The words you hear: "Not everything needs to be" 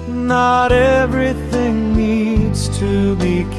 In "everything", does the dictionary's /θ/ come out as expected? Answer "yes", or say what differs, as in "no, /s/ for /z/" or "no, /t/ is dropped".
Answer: yes